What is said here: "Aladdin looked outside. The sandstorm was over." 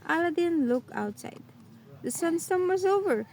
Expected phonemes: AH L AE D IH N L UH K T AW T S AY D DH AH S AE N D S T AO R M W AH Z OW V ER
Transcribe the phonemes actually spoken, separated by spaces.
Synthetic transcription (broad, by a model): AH L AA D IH N L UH K AW T S AY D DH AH S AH N S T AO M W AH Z OW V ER